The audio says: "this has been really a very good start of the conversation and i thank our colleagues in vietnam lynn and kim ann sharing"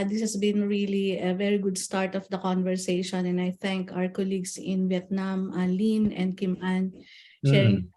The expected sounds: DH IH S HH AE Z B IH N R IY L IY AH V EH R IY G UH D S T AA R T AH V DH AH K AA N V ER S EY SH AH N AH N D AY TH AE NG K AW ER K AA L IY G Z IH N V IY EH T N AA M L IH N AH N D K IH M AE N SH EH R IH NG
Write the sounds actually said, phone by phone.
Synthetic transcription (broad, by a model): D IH S HH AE S B IH N R IY L IY AH V EH R IY G UH D S T AA R T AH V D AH K AA N V ER S EY SH AH N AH N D AY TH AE NG K AW ER K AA L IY G S IH N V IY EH T N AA M L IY N AH N D K IH M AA N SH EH R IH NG